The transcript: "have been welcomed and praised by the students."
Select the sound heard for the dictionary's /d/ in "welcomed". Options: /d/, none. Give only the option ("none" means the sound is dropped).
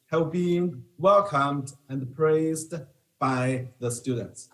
/d/